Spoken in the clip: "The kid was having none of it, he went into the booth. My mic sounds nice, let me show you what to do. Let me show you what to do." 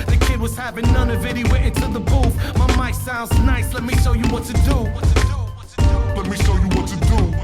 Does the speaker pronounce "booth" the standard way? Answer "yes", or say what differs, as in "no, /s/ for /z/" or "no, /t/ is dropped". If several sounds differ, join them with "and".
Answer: no, /f/ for /θ/